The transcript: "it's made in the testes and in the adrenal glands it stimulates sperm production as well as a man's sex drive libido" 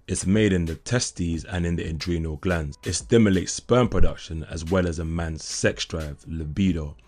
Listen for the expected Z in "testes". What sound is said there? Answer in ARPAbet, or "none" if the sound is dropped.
Z